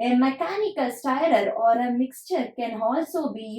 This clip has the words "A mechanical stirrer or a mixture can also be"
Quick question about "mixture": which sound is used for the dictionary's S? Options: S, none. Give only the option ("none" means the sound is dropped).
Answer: S